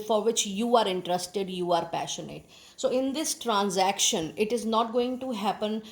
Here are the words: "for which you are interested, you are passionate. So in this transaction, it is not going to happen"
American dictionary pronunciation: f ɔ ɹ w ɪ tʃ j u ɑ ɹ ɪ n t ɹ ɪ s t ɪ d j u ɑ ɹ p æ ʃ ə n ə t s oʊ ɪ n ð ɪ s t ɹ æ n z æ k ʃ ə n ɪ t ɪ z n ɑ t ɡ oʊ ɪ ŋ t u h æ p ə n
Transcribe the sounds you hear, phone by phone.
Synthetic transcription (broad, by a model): f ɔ ɹ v ɪ tʃ j u ɑ ɹ ɪ n t ɹ ɪ s t ɪ d j u ɑ ɹ p æ ʃ ə n ə t s oʊ ɪ n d ɪ s t ɹ æ n z æ k ʃ ə n ɪ t ɪ z n ɑ t ɡ oʊ ɪ ŋ t u h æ p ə n